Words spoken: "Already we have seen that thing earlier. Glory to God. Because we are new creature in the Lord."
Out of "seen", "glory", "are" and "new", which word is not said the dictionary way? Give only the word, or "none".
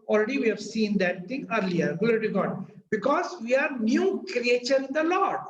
glory